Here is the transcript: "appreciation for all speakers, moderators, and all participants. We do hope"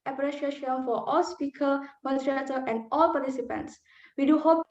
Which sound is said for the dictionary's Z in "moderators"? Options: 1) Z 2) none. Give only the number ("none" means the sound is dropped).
2